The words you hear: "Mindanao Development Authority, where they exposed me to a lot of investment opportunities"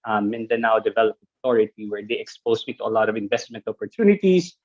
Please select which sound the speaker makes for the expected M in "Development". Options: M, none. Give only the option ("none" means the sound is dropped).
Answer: none